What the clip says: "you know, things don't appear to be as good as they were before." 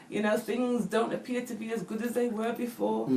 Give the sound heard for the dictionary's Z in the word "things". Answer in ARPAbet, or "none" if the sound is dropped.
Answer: Z